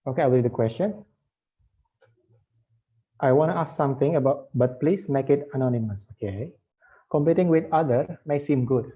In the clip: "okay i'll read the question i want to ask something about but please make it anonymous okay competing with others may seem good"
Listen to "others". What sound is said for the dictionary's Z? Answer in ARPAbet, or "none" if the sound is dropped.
none